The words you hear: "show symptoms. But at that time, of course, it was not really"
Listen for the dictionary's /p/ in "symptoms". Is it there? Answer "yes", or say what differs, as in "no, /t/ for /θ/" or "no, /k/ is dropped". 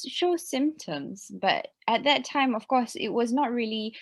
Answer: yes